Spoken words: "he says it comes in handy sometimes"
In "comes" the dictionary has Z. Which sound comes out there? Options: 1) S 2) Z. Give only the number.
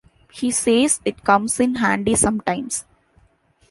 1